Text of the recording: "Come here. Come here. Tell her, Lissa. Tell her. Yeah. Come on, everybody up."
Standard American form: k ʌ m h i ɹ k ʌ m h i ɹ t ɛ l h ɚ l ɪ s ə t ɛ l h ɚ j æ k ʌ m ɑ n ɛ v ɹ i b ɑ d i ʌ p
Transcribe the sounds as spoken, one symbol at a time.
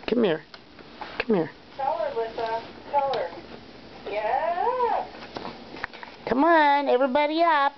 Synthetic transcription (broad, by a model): k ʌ m h i ɹ k ʌ m h i ɹ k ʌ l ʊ ɚ w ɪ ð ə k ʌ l ɚ j æ k ʌ m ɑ n ɛ v ɹ i b ɑ d i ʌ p